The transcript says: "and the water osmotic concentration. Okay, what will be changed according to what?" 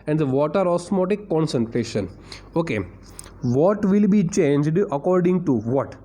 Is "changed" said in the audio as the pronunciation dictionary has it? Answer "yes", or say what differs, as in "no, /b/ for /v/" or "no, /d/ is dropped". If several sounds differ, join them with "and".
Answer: yes